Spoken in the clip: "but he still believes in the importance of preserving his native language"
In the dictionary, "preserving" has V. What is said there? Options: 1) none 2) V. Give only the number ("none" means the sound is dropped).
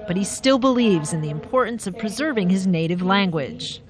2